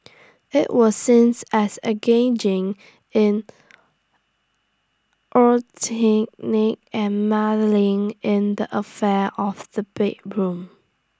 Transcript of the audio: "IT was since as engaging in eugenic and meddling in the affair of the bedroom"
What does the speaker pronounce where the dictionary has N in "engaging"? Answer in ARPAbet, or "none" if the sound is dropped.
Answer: none